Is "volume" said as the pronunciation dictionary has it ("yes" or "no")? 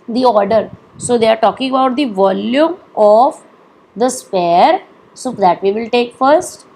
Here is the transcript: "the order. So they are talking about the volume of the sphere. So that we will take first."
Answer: yes